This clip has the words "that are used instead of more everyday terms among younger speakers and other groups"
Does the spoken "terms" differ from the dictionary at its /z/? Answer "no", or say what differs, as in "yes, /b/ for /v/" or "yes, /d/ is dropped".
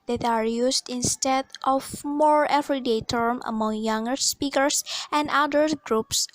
yes, /z/ is dropped